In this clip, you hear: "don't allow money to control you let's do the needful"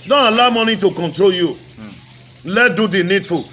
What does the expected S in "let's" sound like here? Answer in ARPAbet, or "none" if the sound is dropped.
none